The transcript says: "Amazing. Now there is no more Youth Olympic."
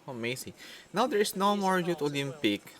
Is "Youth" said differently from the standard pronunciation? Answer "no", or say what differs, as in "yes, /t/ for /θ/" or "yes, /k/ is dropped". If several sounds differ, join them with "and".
yes, /t/ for /θ/